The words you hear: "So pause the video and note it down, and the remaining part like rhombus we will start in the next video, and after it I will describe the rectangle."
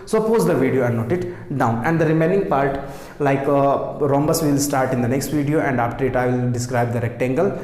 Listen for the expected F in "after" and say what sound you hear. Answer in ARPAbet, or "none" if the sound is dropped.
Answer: P